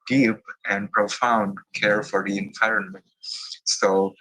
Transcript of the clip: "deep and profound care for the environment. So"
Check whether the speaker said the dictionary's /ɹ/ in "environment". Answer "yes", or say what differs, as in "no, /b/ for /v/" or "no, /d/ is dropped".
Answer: yes